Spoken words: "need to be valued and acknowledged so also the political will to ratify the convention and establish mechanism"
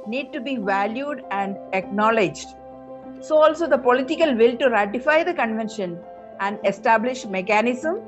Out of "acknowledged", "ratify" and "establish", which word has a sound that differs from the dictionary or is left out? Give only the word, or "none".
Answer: none